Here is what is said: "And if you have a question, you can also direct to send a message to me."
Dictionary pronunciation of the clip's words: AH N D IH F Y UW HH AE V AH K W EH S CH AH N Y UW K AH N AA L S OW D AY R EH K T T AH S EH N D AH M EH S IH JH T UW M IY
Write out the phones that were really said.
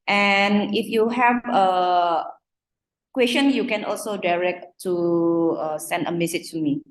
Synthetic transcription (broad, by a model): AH N IH F Y UW HH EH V AH K W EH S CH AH N Y UW K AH N AA L S OW D AY R EH K T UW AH S EH N D AH M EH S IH CH T UW M IY